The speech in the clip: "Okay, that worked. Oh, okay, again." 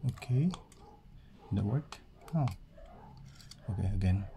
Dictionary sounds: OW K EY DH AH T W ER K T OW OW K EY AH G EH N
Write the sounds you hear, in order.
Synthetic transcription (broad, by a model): OW K EY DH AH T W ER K OW OW K EY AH G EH N